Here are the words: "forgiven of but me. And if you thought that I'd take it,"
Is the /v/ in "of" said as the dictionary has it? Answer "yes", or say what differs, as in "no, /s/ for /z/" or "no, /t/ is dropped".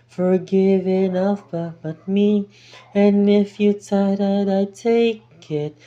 no, /b/ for /v/